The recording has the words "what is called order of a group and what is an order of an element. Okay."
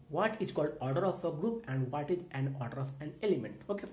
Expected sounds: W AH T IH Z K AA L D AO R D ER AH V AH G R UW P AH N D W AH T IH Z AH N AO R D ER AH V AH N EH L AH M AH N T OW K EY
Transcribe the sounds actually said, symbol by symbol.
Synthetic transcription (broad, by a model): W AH T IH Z K AA L D AO R D ER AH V AH G R UW P AH N D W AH T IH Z AH N AO R D ER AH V AH N EH L AH M AH N T OW K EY